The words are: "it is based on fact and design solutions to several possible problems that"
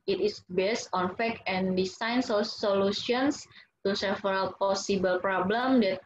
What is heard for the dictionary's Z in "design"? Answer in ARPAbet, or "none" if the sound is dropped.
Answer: S